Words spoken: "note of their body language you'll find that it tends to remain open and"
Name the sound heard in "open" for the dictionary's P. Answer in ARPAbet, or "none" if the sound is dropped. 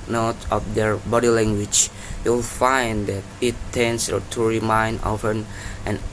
F